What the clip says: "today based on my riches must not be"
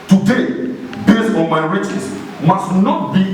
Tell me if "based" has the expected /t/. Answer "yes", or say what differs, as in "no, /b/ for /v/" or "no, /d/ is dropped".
no, /t/ is dropped